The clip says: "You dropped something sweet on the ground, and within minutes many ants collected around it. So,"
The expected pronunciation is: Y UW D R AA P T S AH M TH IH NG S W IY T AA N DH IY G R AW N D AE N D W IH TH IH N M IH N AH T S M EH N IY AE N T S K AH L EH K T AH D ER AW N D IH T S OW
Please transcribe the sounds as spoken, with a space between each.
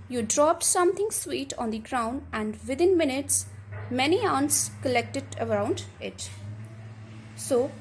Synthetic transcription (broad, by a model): Y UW D R AA P T S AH M T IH NG S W IY T AA N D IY G R AW N D AE N D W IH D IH N M IH N AH T S M EH N IY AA N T S K AH L EH K T AH D ER AW N D IH T S OW